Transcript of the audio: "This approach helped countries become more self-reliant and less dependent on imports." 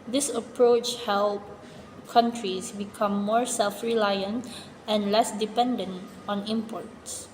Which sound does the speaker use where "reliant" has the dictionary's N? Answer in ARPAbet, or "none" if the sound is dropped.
N